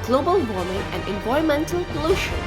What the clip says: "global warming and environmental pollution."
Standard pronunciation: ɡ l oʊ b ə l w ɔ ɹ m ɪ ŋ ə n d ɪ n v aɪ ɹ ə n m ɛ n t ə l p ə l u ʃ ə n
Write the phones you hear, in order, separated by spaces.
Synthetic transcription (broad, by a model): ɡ l oʊ b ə l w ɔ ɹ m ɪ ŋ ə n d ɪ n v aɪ ə m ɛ n t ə l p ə l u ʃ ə